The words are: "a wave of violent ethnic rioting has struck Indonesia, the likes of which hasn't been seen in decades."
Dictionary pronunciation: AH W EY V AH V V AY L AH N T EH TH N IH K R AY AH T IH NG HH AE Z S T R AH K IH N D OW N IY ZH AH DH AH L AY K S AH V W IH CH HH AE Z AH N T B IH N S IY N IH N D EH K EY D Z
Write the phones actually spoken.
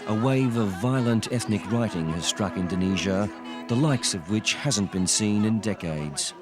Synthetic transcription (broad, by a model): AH W EY V AH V V AY L AH N T EH TH N IH K R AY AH T IH NG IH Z S T R AH K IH N D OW N IY ZH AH DH AH L AY K S AH V W IH CH HH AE Z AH N B IH N S IY N IH N D EH K EY D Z